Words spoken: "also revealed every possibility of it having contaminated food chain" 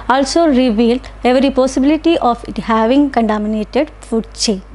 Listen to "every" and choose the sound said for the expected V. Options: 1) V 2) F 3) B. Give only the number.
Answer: 1